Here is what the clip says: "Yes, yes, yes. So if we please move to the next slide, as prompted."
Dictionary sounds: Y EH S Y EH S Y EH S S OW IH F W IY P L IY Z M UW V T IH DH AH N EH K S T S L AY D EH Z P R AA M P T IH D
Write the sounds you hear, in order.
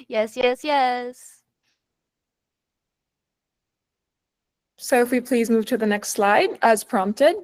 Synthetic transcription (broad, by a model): Y EH S Y EH S Y EH S S OW IH F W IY P L IY Z M UW V T IH DH AH N EH K S T S L AY D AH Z P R AA M P T IH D